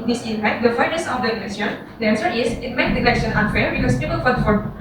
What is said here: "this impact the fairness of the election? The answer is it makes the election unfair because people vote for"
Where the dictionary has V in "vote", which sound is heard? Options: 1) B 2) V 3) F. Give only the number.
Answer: 3